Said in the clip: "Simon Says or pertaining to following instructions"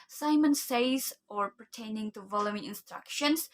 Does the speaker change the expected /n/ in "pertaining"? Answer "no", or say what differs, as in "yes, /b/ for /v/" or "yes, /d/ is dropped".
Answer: no